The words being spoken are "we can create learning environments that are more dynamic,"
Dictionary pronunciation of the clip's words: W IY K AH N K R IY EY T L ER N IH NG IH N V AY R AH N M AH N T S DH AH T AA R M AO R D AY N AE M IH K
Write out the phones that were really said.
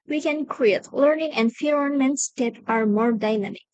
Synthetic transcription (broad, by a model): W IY K AH N K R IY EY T L ER N IH NG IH N F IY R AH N M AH N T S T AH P AA R M AO R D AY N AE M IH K